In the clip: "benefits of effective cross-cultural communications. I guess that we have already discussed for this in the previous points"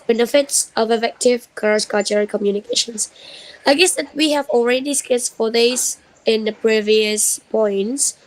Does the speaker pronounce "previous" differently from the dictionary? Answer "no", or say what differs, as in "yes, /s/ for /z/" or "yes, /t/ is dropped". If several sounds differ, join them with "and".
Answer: no